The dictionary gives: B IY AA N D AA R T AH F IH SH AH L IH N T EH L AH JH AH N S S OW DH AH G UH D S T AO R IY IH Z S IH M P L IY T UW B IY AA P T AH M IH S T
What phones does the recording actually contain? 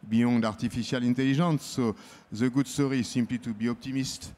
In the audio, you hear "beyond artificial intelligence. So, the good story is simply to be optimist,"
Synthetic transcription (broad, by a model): B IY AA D AA R T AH F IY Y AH L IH N T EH L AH ZH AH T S S OW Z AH G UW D S T AO R IY S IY M P L IY T UW B IY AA P T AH M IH S T